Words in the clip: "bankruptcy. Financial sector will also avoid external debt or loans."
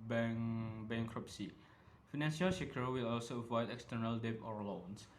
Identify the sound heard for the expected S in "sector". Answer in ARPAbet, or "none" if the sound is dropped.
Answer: SH